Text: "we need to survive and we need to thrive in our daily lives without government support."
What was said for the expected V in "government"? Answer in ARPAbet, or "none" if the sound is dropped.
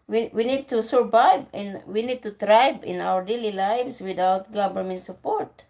B